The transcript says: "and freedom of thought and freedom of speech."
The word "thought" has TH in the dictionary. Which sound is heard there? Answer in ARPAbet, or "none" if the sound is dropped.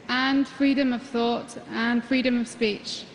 TH